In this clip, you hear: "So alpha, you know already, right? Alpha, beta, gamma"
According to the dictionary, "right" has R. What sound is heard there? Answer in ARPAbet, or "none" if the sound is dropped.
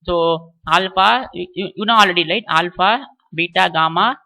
L